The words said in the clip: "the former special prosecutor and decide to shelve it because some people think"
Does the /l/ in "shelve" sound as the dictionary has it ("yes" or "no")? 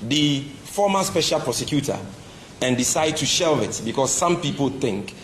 yes